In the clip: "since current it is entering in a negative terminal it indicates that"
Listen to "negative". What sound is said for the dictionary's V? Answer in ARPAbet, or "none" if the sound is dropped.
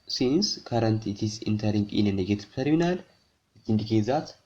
P